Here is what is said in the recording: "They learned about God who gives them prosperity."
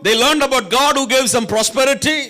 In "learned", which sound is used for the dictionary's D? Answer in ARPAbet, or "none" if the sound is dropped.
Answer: D